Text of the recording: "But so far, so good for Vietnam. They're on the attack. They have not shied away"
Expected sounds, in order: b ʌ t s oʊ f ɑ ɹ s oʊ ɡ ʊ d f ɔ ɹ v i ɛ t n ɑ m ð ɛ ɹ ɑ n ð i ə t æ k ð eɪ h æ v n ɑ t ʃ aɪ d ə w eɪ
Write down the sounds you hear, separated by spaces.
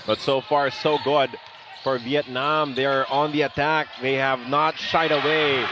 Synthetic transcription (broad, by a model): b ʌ t s oʊ f ɑ ɹ s oʊ ɡ ʊ d f ɔ ɹ v i ɛ t n ɑ m ð ɛ ɹ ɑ n ð i ə t æ k ð eɪ h æ v n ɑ t ʃ aɪ d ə w eɪ